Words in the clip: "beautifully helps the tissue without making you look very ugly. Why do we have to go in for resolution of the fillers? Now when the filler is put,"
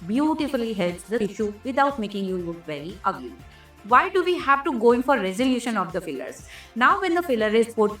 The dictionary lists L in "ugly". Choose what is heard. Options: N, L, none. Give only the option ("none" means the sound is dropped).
none